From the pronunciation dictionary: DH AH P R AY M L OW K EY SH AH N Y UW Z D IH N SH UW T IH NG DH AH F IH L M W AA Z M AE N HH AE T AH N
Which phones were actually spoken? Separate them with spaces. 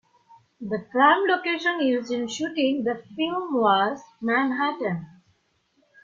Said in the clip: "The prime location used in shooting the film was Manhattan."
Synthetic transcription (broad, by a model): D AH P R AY M L OW K EY SH AH N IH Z IH N SH UW T IH NG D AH F IH L M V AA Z M AE N HH AE T AH N